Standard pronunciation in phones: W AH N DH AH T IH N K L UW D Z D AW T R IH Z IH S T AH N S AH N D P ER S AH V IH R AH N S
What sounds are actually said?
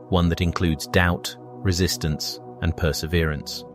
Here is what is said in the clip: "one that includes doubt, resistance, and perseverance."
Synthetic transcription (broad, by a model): W AH N DH AH T IH N K L UW D Z D AW T R IH Z IH S T AH N S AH N P ER S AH V IH R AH N S